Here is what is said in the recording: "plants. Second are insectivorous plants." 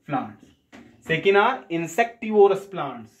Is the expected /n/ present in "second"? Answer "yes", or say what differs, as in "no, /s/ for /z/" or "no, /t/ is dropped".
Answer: yes